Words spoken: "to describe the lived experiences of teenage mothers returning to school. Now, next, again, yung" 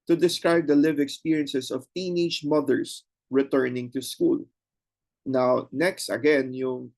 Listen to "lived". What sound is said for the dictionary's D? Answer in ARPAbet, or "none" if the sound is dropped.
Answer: none